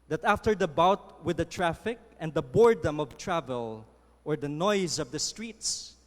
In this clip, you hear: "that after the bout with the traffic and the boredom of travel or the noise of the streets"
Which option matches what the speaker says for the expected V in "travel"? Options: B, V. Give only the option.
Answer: V